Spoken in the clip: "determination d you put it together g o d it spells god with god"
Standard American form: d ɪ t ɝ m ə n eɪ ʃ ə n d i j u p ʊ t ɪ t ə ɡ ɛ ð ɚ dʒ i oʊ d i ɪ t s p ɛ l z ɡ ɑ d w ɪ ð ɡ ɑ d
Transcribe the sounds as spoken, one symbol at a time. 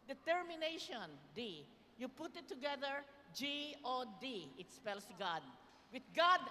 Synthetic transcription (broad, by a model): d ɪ t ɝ m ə n eɪ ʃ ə n d i j u p ʊ t ɪ t ə ɡ ɛ ð ɚ dʒ i oʊ d i ɪ t s p ɛ l s ɡ ɑ d w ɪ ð ɡ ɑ d